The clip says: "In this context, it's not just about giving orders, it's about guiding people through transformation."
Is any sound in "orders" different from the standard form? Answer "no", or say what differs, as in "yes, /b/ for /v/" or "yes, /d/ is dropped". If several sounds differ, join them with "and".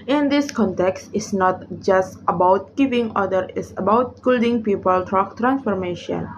yes, /z/ is dropped